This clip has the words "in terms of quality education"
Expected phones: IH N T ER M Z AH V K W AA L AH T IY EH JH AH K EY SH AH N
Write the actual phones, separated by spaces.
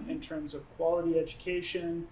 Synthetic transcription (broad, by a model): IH N T ER M Z AH V K W AA L AH T IY EH JH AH K EY SH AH N